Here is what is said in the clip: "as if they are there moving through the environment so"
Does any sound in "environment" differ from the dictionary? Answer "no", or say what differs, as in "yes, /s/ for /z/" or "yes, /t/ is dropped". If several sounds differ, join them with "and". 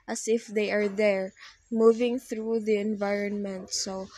no